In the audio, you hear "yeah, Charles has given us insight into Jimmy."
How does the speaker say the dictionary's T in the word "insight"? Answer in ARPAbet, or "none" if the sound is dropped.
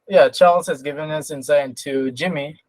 none